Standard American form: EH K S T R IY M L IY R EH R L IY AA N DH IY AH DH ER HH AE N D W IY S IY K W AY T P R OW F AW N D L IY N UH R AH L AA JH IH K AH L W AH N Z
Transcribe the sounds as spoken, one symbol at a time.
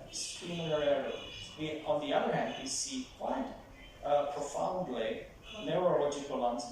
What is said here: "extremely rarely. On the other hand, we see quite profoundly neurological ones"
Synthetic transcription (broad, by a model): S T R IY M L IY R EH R W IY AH N DH IY AH DH ER HH AE N D W IY S IY K W AY T P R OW F AW N D L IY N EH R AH L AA JH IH K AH L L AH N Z